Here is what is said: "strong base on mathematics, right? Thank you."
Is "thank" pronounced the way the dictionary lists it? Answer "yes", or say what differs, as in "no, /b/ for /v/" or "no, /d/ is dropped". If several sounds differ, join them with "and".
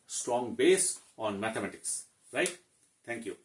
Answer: no, /t/ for /θ/